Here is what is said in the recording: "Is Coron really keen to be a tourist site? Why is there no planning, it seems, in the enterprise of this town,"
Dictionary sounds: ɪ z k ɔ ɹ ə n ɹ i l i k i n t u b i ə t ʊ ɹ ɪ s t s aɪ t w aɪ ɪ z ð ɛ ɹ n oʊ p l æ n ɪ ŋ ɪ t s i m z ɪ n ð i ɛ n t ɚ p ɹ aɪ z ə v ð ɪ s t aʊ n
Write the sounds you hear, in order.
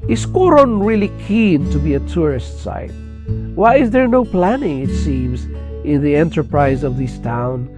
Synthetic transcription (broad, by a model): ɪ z k ɔ ɹ ə n ɹ i l i k i n t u b i ə t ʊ ɹ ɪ s t s aɪ t w aɪ ɪ z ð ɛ ɹ n oʊ p l æ n ɪ ŋ ɪ t s i m z ɪ n ð i ɛ n t ɚ p ɹ aɪ z ə v ð ɪ s t aʊ n